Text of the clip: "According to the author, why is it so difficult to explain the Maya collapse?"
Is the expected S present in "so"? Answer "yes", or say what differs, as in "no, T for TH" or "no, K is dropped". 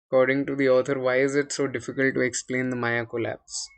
yes